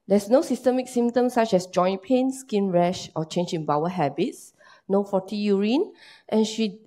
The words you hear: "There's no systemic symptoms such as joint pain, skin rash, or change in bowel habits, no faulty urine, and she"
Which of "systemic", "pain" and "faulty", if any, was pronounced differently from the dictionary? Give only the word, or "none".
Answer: faulty